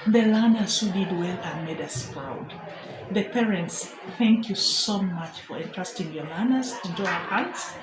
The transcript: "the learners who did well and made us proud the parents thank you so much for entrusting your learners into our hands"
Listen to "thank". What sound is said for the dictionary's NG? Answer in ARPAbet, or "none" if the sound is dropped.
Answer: NG